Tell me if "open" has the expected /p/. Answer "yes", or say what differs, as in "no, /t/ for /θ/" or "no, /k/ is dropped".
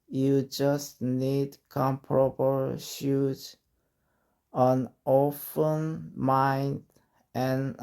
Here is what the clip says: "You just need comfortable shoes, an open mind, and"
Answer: no, /f/ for /p/